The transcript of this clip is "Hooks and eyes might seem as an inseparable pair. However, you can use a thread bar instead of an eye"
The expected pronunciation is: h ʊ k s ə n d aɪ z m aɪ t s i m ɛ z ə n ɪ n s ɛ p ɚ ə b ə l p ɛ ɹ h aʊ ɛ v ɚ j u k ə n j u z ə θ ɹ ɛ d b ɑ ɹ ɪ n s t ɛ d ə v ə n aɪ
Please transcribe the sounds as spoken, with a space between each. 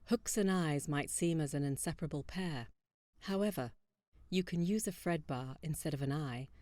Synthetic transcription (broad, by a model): h ʊ k s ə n aɪ z m aɪ t s i m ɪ z ə n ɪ n s ɛ p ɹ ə b l p ɛ ɹ h aʊ ɛ v ɚ j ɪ k ə n j u z ə f ɹ ɛ d b ɑ ɹ ɪ n s t ɛ d ə v ə n aɪ